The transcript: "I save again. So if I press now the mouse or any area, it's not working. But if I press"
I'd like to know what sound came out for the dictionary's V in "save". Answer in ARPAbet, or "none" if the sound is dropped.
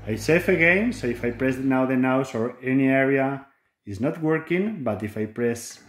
F